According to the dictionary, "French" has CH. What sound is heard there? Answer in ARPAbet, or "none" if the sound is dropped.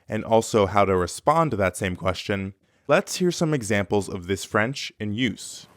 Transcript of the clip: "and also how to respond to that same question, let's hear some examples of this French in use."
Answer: CH